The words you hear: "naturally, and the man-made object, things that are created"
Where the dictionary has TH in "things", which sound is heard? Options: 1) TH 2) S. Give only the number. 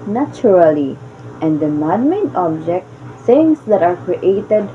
2